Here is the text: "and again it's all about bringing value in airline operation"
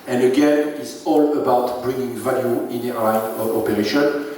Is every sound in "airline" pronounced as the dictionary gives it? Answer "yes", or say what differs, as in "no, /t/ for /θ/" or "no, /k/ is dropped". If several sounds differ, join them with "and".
no, /n/ is dropped